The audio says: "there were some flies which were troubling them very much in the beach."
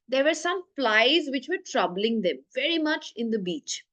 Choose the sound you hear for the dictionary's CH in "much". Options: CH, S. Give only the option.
CH